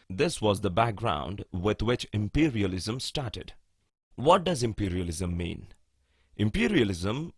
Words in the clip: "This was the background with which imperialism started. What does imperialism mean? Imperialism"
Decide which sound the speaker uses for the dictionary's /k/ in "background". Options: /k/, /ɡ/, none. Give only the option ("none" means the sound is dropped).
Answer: /k/